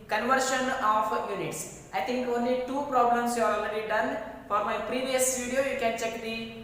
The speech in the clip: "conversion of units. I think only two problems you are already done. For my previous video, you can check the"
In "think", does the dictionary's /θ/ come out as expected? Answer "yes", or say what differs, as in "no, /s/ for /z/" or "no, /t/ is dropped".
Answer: no, /t/ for /θ/